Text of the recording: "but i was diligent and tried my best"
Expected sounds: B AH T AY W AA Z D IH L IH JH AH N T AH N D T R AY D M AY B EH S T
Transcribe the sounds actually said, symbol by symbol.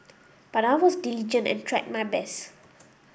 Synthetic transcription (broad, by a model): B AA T AY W AA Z D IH L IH JH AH N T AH N T R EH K M AY B EH S